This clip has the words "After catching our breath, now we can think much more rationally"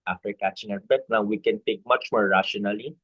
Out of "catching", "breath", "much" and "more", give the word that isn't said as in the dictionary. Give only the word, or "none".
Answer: breath